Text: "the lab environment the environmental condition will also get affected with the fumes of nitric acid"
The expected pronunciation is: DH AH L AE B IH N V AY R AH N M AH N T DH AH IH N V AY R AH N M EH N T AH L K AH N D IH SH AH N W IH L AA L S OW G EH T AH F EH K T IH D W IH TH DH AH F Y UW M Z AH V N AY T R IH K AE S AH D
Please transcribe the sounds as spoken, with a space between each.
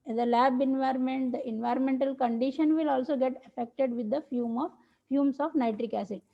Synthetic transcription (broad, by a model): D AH L AE B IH N V AY R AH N M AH N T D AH IH N V AY R AH N M EH N T AH L K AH N D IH SH AH N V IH L AA L S OW G EH T AH F EH K T IH D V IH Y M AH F Y UW M S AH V N AY T R IH K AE S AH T